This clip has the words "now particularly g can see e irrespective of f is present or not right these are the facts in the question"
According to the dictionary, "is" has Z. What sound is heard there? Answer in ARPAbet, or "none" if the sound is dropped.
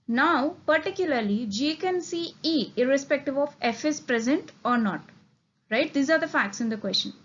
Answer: S